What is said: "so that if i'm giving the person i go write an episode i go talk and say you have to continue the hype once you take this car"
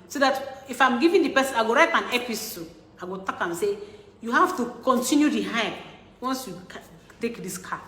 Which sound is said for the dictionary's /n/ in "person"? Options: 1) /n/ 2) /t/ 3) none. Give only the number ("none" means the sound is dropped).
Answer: 3